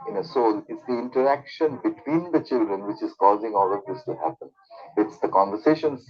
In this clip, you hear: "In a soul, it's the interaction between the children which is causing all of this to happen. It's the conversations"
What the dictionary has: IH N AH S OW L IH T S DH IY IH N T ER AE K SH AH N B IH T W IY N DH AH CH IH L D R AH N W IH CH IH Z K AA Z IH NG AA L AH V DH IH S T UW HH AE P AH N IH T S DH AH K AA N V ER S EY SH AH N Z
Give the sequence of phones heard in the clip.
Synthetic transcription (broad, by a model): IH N AH S OW L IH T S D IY IH N T ER AE K SH AH N B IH T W IY N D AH CH IH L D R AH N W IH CH IH Z K AA Z IH NG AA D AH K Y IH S T UW HH AE P AH N IH T S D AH K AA N V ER S EY SH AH N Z